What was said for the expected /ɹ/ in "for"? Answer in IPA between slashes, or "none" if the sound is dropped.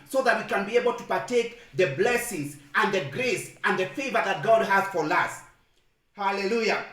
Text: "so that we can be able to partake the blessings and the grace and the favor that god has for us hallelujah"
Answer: /l/